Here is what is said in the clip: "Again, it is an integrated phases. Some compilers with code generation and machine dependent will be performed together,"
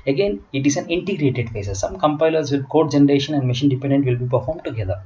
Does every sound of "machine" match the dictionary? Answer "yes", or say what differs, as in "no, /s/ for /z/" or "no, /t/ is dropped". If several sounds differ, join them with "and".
yes